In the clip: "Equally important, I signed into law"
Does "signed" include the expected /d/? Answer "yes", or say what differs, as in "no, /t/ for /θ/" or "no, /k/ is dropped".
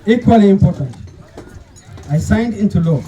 yes